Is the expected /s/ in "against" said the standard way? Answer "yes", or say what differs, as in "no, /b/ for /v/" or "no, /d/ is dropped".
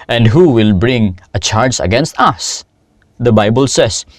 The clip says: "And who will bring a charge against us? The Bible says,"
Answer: yes